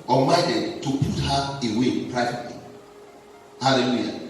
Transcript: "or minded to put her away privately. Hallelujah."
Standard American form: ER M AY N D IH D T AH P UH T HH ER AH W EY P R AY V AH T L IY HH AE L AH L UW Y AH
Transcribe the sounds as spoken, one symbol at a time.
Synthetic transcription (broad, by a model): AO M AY D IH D T AH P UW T HH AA AH W EY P R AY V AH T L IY HH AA L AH L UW Y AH